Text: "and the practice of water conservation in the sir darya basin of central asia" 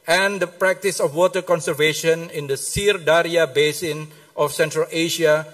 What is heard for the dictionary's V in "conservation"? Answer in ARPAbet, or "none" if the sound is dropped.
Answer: V